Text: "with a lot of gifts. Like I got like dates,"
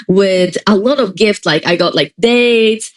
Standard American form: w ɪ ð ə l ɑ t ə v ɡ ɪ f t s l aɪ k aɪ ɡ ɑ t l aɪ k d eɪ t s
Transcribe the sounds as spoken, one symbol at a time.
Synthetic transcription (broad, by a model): w ɪ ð ə l ɑ t ə v ɡ ɪ f t s l aɪ k aɪ ɡ ɑ t l aɪ k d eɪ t